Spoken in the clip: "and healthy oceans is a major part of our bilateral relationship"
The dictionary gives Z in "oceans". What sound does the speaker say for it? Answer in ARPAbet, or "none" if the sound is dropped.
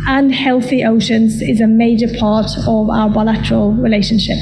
Z